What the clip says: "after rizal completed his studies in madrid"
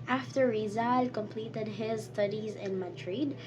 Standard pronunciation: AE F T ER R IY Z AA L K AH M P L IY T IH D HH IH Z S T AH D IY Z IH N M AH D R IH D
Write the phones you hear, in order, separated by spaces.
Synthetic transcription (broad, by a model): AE F T ER R IY Z AA L K AH M P L IY T IH D HH IH Z S T AH D IY Z IH N M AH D R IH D